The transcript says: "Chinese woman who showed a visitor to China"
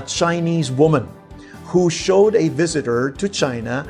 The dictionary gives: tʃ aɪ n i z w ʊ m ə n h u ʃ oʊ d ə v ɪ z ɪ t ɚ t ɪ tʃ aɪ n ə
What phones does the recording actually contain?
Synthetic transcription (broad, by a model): tʃ aɪ n i z w ʊ m ə n h u ʃ oʊ d ə v ɪ z ɪ t ɚ t ɪ tʃ aɪ n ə